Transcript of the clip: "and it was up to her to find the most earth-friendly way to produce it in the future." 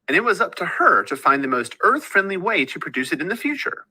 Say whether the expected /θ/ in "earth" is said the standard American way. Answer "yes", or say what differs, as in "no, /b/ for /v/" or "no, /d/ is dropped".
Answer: yes